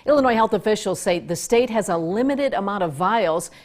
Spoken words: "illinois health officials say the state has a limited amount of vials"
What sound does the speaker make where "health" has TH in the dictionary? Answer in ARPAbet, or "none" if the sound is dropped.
TH